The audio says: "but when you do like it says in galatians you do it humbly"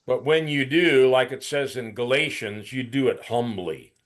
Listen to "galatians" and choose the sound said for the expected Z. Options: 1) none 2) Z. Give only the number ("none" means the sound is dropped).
2